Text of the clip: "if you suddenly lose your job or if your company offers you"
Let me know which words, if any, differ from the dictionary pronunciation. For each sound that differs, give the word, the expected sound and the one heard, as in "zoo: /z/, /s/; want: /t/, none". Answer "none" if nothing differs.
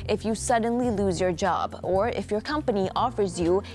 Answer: none